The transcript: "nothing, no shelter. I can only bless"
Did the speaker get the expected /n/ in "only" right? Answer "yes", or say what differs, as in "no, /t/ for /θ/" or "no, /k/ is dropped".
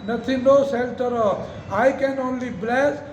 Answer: yes